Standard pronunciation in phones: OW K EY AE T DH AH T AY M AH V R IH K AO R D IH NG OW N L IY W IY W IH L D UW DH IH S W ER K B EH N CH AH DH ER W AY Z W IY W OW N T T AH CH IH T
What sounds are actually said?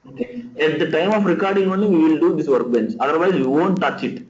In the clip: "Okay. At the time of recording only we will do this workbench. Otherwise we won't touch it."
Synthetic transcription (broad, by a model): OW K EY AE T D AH T AY M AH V R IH K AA R D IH NG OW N IY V IY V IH L D UW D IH S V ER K B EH N S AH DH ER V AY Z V IY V OW N T T AH CH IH T